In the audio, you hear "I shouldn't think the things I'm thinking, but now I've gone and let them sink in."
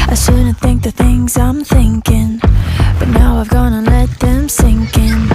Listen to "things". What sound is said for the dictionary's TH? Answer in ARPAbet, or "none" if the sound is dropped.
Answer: TH